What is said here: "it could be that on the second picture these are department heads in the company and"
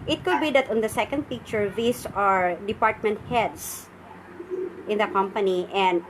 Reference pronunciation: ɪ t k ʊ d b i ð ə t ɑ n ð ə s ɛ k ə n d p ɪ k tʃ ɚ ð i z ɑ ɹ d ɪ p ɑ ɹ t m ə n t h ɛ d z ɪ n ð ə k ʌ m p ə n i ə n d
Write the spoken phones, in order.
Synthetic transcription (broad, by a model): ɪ t k ʊ d b i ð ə t ɑ n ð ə s ɛ k ə n d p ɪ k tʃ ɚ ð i s ɑ ɹ d ɪ p ɑ ɹ t m ə n t h ɛ d s ɪ n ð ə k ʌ m p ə n i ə n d